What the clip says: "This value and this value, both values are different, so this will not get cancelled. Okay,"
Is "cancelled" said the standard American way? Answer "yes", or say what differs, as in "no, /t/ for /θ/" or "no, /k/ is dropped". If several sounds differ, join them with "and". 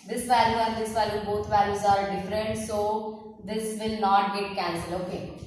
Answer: no, /d/ is dropped